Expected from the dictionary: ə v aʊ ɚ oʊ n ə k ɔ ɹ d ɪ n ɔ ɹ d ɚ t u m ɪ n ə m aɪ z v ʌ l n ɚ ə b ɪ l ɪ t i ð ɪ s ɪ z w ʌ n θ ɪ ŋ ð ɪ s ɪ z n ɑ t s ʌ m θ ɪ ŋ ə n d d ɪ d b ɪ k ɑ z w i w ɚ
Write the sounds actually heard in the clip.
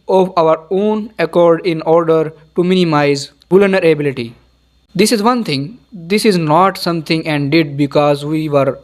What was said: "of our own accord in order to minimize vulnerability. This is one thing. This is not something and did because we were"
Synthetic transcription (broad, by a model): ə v aʊ ɚ oʊ n ə k ɔ ɹ d ɪ n ɔ ɹ d ɚ t u m ɪ n ə m aɪ z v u l n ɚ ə b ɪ l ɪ t i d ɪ s ɪ z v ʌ n t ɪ ŋ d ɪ s ɪ z n ɑ t s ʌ m t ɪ ŋ ə n d d ɪ d b ɪ k ɑ z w i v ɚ